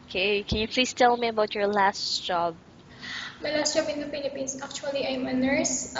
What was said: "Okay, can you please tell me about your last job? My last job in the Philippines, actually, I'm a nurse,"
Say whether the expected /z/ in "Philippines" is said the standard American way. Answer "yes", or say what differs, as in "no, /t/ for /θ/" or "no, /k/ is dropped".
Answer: no, /s/ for /z/